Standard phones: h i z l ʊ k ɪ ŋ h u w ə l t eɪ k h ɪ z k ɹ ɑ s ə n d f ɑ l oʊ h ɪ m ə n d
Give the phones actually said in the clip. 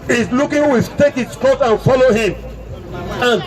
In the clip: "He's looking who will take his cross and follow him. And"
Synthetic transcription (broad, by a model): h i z l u k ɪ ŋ w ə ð t eɪ k h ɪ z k ɑ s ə n f ɑ l oʊ h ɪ m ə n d